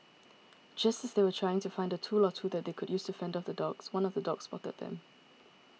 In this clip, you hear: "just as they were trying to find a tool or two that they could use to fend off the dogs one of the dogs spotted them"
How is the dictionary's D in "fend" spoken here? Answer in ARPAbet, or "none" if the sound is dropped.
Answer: D